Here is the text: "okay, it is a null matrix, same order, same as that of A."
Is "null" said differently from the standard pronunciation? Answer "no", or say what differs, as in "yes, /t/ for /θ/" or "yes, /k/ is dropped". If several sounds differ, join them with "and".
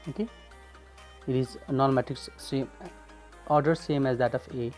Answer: yes, /n/ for /l/